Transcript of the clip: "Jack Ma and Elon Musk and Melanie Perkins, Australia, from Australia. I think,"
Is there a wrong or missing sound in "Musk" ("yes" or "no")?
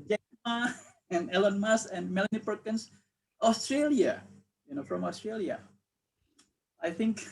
yes